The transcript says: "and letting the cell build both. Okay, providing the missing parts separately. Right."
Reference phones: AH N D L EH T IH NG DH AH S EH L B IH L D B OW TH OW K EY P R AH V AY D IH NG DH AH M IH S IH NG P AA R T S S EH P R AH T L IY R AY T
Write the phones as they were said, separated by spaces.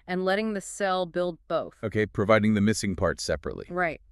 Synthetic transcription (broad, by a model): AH N L EH T IH NG DH AH S EH L B IH L D B OW TH OW K EY P R AH V AY D IH NG DH AH M IH S IH NG P AA R T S S EH P R AH T L IY R AY T